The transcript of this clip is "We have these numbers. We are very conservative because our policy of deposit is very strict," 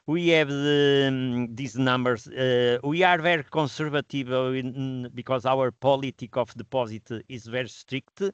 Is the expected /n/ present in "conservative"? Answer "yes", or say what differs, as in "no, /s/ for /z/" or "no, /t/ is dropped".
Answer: no, /n/ is dropped